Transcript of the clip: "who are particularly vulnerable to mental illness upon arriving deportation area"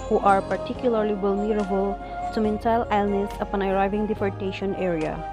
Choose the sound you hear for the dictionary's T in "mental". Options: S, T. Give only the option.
S